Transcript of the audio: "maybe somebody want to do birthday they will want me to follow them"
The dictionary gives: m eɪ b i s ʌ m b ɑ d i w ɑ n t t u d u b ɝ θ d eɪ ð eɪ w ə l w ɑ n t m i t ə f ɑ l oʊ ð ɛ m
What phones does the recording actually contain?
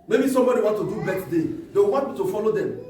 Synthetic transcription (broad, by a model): m eɪ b i s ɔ m b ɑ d i w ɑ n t t u d u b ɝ s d eɪ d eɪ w w ɑ n t m i t ə f ɑ l oʊ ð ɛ m